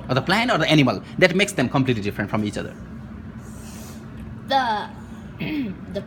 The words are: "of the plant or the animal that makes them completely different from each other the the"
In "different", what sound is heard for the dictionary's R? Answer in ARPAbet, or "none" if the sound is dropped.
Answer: R